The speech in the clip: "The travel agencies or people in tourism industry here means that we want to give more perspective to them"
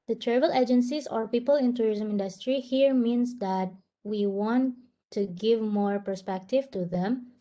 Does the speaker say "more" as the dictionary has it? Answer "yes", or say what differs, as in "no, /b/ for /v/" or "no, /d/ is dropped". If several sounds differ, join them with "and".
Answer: yes